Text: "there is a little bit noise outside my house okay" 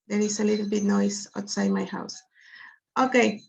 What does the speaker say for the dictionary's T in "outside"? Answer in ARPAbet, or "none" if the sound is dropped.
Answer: T